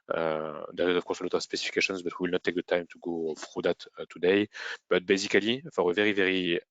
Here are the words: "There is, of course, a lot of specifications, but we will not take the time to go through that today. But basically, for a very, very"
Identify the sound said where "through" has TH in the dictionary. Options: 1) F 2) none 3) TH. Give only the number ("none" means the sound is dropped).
1